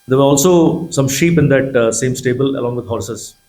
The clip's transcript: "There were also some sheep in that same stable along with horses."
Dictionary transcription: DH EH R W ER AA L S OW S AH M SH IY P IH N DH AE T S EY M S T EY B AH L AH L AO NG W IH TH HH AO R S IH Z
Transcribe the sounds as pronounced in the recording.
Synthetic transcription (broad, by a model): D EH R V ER AA L S OW S AH M SH IY P IH N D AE T S EY M S T EY B AH L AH L AO NG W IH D HH AO R S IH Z